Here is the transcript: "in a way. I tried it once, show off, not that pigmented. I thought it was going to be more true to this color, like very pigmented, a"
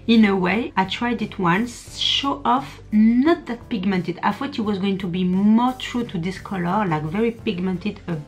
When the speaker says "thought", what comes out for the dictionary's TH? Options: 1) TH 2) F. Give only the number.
2